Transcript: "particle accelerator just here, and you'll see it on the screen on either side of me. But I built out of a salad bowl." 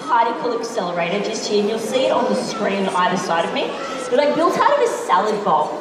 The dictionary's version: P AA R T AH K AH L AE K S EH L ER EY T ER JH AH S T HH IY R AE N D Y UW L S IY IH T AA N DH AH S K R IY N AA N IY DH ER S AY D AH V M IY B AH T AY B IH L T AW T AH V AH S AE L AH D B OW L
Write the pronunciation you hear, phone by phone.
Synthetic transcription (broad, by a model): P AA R T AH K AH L AE K S EH L ER EY T ER JH AH S T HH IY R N Y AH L S IY IH T N DH AH S K R IY N AA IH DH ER S AY D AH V M IY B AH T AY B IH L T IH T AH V AH S AE L AH D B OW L